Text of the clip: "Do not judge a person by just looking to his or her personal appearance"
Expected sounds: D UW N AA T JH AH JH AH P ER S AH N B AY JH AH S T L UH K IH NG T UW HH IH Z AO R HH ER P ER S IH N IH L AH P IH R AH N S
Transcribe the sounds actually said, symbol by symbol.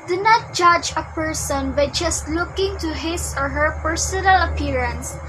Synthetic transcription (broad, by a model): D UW N AA T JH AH JH AH P ER S AH N B AY JH AH S T L UH K IH NG T UW HH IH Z AO R HH ER P ER S IH N IH L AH P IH R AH N S